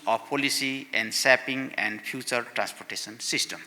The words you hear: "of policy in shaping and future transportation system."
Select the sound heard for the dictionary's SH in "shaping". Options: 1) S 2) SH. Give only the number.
1